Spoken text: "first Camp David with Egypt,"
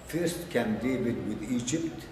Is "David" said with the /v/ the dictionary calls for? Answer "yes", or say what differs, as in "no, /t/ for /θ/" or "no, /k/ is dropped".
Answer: no, /b/ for /v/